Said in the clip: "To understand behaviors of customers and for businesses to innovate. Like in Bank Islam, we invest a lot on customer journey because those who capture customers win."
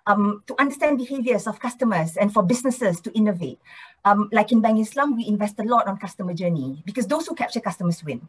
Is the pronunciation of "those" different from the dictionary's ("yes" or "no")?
yes